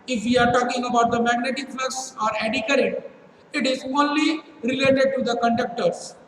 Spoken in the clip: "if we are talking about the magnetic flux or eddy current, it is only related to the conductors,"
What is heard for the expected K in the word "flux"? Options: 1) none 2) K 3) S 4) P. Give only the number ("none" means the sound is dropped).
1